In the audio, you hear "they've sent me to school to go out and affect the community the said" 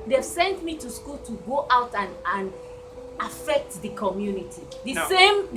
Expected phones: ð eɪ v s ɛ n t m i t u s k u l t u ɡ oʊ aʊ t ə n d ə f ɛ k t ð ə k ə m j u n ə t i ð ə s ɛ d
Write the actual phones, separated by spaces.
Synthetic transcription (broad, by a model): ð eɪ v s ɛ n t m i t u s k u l t u ɡ oʊ aʊ t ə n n ə f ɛ k t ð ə k ə m j u n ə t i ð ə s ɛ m